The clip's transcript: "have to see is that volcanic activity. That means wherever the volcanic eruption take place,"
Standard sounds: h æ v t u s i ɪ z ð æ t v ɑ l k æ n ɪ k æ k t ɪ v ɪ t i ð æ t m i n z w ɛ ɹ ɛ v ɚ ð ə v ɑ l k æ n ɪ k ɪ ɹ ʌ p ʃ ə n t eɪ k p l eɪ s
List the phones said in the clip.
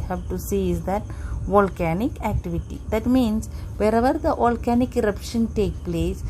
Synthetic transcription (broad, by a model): h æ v t u s i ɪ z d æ t v ɑ l k æ n ɪ k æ k t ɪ v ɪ t i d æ t m i n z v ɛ ɹ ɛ v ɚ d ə v ɑ l k æ n ɪ k ɪ ɹ ʌ p ʃ ə n t eɪ k p l eɪ s